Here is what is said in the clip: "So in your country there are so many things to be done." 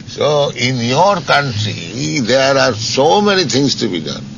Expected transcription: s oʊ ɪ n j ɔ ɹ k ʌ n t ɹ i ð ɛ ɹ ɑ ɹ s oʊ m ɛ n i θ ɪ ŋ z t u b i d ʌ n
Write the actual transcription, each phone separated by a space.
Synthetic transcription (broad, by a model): s oʊ ɪ n j ɔ ɹ k ʌ n t ɹ i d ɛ ɹ ɑ ɹ s oʊ m ɛ n i t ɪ ŋ s t u b i d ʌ n